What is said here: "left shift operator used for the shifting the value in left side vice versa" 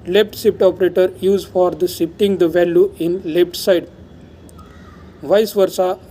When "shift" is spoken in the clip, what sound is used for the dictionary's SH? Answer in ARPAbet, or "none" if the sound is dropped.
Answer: S